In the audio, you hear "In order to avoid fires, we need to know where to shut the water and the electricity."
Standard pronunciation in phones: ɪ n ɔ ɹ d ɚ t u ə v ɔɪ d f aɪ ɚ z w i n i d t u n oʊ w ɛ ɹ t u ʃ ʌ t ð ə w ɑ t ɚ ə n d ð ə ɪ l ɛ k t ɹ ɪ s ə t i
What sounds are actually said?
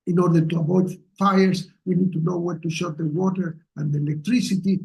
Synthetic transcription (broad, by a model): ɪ n ɔ ɹ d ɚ t u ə b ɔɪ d f aɪ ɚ s w i n i d t u n oʊ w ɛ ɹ t u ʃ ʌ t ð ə w ɑ t ɚ ə n d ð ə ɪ l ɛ k t ɹ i s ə t i